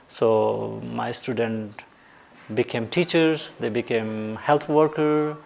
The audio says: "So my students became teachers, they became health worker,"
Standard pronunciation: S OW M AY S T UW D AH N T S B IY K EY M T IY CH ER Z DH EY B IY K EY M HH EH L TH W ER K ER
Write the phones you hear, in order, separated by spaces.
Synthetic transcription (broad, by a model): S OW M AY S T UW D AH N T B IY K EY M T IY CH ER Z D EY B IY K EY M HH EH L T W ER K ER